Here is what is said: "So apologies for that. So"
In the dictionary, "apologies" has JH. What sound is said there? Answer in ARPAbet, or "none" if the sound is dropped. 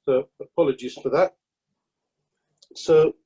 JH